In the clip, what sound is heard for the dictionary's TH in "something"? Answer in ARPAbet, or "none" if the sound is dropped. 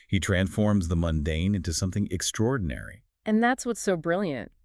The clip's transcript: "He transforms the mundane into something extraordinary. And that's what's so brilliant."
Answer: TH